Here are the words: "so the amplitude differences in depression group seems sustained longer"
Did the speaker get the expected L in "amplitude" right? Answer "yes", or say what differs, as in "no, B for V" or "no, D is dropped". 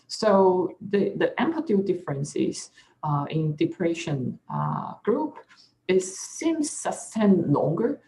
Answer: no, L is dropped